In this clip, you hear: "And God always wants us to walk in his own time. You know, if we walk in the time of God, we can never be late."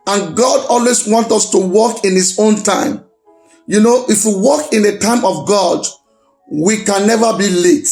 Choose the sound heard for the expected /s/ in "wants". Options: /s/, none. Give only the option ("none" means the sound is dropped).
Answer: none